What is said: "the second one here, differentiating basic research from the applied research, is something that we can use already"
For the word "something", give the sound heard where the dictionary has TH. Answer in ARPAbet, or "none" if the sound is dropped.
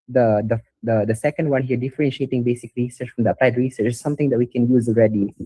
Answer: T